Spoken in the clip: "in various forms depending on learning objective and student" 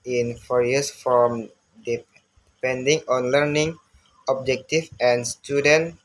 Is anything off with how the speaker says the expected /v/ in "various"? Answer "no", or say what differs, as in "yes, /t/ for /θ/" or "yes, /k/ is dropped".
yes, /f/ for /v/